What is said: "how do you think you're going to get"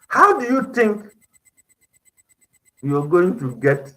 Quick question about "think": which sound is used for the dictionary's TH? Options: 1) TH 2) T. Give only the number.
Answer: 2